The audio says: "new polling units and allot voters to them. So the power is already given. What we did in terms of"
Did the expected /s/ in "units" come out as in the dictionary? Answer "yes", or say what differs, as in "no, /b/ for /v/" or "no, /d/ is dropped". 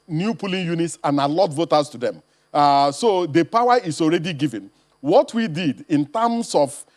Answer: yes